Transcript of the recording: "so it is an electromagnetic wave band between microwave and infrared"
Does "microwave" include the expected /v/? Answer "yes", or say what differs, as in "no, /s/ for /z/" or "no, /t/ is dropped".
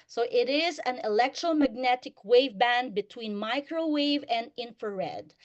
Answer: yes